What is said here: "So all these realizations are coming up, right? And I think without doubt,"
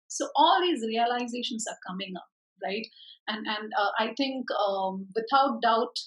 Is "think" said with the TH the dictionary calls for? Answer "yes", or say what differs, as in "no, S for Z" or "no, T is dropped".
no, T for TH